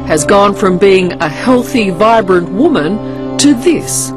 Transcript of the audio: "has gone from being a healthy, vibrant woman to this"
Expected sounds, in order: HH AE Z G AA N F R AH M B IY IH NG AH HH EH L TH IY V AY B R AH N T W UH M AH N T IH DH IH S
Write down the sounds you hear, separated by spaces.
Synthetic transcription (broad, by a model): HH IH Z G AA N F R AH M B IY IH NG AH HH EH L TH IY V AY B R AH N T W UH M AH N T IH DH IH S